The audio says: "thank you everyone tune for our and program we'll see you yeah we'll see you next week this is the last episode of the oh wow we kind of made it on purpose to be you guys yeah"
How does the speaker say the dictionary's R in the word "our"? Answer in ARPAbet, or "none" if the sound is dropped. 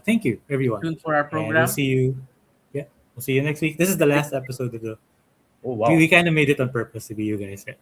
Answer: W